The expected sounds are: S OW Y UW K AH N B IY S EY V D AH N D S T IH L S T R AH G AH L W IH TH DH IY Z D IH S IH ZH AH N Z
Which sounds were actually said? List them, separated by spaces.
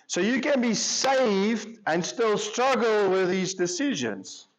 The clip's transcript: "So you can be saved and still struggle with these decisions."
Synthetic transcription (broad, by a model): S OW Y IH K AH N B IY S EY V D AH N S T IH L S T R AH G L W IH DH IY Z D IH S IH ZH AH N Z